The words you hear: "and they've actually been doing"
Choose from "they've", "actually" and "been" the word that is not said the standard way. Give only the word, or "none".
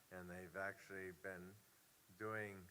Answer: none